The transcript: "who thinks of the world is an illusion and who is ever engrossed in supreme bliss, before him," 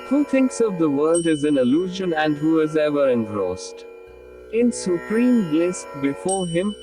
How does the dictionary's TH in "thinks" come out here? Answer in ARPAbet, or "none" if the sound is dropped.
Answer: T